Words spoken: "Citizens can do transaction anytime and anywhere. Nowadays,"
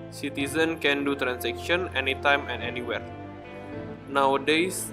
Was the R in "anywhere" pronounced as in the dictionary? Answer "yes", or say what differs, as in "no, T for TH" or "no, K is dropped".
yes